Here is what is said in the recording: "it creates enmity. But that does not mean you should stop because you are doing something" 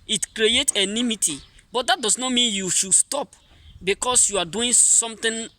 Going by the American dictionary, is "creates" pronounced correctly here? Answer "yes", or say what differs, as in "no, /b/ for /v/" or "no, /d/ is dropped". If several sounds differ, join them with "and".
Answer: no, /s/ is dropped